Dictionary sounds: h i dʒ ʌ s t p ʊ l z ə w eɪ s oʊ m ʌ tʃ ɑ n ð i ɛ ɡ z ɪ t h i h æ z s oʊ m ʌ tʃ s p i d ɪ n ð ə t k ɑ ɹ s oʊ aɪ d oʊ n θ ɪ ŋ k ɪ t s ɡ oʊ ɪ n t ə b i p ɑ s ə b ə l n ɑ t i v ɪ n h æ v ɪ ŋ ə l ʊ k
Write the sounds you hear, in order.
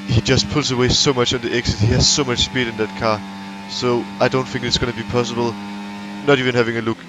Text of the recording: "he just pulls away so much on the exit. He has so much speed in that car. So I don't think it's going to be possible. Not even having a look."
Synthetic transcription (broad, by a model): h i dʒ ʌ s t p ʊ l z ə w eɪ s oʊ m ʌ tʃ n ð i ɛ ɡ s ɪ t h i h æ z s oʊ m ʌ tʃ s p i d ɪ n ð ə t k ɑ s oʊ aɪ d oʊ n θ ɪ ŋ k ɪ t s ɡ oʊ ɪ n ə b i p ɑ s ə b ə l n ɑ t i v ɪ n h æ v ɪ ŋ ə l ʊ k